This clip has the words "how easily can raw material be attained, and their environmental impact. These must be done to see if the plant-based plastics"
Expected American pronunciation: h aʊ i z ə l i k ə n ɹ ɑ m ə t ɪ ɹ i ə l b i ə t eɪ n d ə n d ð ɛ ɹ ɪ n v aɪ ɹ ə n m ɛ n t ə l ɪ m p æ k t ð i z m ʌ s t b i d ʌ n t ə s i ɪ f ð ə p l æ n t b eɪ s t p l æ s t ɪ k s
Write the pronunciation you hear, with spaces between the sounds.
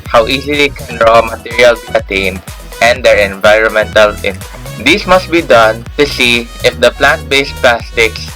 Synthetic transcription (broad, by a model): h aʊ i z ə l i k ə n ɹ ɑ m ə t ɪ ɹ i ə l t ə t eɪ n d ə n d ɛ ɹ ɪ n v aɪ ɹ ə n m ɛ n t ə l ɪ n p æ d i s m ʌ s t b i d ʌ n t ə s i ɪ f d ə p l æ n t b eɪ s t p l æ s t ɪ k s